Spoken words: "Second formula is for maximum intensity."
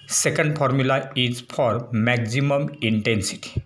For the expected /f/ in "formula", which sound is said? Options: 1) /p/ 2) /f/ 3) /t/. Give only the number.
1